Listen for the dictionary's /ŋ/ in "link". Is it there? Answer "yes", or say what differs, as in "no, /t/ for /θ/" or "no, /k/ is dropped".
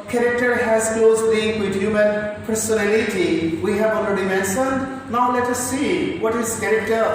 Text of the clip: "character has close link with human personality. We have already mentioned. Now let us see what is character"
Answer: no, /ŋ/ is dropped